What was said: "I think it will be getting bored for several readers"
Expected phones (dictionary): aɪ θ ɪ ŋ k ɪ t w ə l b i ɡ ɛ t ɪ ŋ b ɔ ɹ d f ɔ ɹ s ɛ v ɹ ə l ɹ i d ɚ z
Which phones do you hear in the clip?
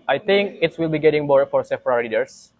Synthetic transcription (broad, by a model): aɪ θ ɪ ŋ k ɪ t w ə l b i ɡ ɛ t ɪ ŋ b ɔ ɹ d f ɔ ɹ s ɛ p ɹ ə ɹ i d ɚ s